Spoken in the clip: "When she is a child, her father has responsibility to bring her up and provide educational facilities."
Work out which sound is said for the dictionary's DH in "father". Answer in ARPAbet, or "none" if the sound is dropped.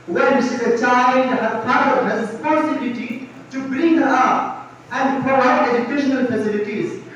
none